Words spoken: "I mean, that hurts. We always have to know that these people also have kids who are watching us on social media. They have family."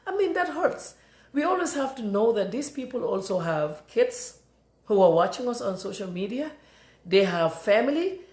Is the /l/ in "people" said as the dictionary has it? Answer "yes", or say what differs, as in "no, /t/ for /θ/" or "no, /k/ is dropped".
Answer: yes